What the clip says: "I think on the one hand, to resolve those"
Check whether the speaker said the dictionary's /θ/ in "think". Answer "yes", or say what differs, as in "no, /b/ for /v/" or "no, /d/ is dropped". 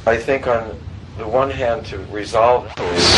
yes